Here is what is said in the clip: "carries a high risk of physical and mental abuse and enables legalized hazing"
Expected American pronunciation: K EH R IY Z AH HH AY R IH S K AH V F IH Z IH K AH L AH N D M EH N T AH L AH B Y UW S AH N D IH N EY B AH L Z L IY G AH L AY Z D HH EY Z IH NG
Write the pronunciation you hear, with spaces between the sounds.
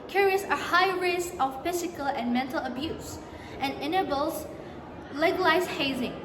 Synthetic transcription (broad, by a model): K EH R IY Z AH HH AY R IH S AH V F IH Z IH K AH L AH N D M EH N T AH L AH B Y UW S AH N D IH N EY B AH L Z L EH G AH L AY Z HH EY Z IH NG